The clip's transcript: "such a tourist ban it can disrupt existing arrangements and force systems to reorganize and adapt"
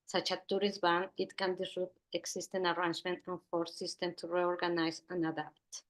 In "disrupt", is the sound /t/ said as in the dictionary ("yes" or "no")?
no